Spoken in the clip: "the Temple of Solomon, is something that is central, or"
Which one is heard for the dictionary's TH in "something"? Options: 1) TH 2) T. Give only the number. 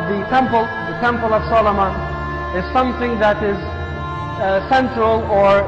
1